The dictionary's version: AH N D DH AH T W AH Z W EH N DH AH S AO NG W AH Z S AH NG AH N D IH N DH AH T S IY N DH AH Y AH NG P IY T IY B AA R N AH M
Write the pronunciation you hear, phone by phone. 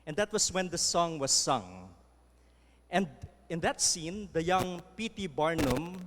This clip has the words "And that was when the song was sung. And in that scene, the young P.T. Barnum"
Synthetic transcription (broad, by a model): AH N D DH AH T W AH S W EH N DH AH S AO NG W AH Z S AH NG AH N D IH N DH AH T S IY N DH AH Y AH NG P IY T IY B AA R N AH M